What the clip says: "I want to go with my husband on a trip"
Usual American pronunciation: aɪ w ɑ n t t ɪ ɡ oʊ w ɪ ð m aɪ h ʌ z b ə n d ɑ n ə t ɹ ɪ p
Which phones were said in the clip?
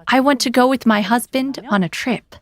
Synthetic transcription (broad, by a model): aɪ w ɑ n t t ɪ ɡ oʊ w ɪ ð m aɪ h ʌ z b ə n d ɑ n ə t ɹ ɪ p